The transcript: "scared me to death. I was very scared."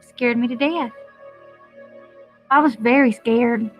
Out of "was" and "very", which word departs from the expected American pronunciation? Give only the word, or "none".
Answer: none